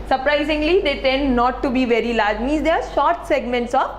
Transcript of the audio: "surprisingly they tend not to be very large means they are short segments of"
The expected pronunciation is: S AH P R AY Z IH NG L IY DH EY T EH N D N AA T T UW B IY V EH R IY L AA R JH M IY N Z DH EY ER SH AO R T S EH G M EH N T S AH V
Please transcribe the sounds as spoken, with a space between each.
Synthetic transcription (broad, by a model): S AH P R AY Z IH NG L IY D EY T EH N D N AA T T UW B IY V EH R IY L AA R JH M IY Z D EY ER SH AO R T S EH G M EH N T S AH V